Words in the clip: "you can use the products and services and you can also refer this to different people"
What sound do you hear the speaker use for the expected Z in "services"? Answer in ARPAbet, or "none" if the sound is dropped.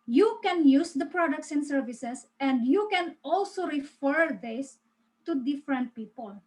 S